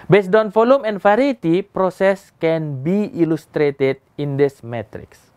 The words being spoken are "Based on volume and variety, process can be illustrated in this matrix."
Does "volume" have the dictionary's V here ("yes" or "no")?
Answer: no